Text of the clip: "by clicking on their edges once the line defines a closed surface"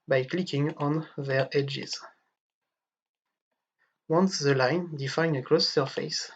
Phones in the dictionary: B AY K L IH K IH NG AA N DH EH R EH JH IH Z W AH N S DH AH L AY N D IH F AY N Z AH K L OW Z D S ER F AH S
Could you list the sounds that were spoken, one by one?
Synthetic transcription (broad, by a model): B AY K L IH K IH NG AA N DH EH R EH JH IH Z W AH N S DH AH L AY N D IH F AY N AH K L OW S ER F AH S